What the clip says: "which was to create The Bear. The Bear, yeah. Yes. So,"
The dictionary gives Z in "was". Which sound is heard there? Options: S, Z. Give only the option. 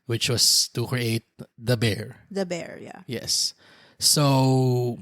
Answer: S